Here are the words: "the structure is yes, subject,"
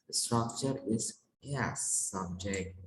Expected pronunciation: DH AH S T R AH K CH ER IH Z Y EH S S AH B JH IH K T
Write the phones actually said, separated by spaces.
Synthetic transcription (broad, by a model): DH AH S T R AH K CH ER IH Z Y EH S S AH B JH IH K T